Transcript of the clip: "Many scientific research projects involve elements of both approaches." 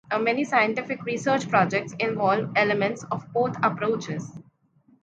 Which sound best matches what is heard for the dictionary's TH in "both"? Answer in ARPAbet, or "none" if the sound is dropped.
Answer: T